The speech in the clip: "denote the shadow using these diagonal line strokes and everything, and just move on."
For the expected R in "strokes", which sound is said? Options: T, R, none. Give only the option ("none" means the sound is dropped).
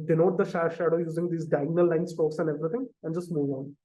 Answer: none